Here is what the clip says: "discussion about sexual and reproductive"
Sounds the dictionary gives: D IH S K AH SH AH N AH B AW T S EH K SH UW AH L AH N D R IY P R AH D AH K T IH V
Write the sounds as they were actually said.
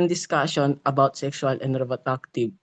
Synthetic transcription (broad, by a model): D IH S K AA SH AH N AH B AW T S EH K S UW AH L AH N D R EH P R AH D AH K T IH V